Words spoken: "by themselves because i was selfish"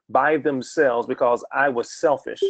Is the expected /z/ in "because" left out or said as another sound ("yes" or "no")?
no